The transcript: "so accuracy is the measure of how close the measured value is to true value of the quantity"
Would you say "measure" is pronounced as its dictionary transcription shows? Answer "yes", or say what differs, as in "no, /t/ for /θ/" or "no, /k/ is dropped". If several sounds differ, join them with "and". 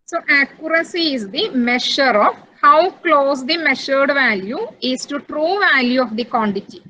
no, /ʃ/ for /ʒ/